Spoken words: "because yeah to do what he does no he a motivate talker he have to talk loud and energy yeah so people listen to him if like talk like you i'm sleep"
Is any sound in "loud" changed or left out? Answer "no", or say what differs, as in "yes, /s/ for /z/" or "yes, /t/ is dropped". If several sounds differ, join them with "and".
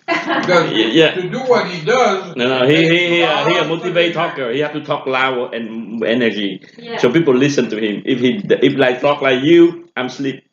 yes, /d/ is dropped